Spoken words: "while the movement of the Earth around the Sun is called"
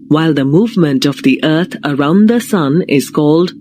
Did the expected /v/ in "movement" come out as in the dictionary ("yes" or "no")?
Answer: yes